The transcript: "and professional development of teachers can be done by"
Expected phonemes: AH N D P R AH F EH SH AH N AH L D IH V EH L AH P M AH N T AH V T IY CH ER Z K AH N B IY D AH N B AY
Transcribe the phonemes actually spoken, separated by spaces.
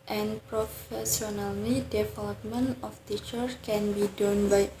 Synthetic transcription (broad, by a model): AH N P R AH F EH S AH N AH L D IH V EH L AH P M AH N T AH F T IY CH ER K AH N B IY D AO N B AY